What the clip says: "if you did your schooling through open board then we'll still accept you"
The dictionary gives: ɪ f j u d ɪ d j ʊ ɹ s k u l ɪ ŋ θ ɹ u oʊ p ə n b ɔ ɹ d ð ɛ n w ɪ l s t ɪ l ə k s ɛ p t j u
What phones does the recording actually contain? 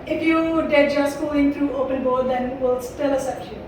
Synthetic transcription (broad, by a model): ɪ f j u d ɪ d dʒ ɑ s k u ɪ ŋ t ɹ u oʊ p ə n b ɔ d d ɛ n w ɪ l s t ɪ l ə s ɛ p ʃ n